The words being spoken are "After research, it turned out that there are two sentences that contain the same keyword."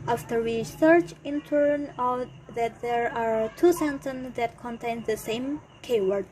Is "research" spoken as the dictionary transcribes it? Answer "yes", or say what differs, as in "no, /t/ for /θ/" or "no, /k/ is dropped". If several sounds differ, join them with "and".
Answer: no, /w/ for /ɹ/